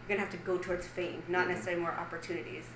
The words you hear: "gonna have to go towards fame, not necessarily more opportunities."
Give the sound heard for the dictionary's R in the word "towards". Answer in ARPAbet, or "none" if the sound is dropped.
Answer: R